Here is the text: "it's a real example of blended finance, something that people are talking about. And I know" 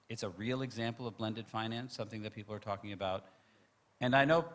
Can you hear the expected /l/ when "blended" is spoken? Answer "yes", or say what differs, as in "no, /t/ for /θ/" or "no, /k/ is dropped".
yes